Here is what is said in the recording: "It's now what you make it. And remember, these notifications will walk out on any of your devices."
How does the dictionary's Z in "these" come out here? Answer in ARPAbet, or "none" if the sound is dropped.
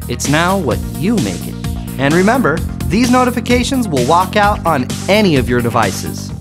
Z